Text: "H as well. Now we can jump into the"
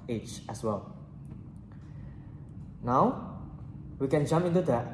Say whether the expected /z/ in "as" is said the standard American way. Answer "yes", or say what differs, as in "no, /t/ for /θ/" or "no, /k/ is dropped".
no, /s/ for /z/